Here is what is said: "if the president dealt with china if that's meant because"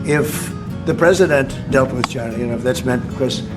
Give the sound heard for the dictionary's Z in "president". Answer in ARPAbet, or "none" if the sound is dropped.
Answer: Z